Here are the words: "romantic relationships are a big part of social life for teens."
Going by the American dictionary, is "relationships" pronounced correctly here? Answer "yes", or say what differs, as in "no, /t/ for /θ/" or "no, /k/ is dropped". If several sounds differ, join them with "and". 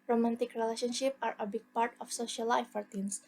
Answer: no, /s/ is dropped